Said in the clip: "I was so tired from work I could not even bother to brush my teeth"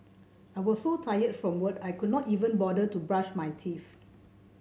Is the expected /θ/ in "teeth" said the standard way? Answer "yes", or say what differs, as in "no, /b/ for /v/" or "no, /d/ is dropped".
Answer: no, /f/ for /θ/